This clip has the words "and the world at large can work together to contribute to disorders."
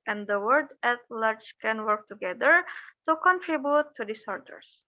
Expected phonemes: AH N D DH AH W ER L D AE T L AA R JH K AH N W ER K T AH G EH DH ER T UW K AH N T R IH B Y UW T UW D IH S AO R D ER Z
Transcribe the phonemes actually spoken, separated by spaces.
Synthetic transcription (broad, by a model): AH N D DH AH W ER D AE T L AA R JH K AH N W ER K T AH G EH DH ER T UW K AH N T R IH B Y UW T UW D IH S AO R D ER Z